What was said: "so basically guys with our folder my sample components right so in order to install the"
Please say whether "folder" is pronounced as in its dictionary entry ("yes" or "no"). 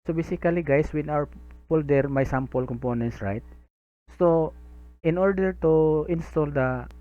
no